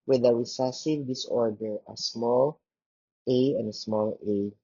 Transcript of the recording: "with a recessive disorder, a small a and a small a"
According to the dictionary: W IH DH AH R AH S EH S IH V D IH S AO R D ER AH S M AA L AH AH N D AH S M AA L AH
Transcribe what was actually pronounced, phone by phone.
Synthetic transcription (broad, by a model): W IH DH AH W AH S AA S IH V D IH S AO R D ER AH S M AA L AH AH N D AH S M AA L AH